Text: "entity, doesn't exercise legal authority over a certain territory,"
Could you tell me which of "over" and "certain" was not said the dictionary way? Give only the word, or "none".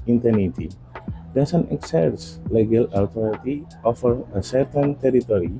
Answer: over